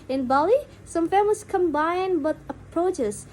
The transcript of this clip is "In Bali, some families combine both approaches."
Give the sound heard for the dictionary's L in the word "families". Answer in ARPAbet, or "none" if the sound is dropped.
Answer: none